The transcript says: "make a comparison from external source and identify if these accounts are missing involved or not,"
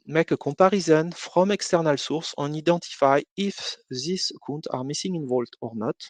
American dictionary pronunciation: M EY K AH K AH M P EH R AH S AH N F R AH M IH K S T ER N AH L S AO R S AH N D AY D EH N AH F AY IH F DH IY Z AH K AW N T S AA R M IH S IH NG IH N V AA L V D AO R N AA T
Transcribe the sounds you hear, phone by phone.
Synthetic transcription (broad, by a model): M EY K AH K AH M P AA R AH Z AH N F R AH M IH K S T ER N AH L S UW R S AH N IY D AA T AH F AY IH F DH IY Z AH K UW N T AA R M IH S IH NG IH N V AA L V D AO R N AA T